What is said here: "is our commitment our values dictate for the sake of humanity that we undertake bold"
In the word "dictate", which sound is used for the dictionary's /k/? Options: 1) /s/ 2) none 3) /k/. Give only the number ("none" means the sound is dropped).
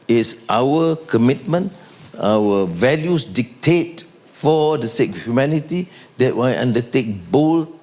3